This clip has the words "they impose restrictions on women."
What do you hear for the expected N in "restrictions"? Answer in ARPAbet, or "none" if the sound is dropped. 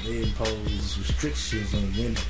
none